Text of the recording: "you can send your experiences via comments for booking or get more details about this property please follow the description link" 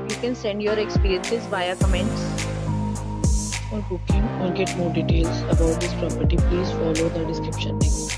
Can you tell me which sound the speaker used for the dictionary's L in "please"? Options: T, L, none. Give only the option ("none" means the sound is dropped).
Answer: L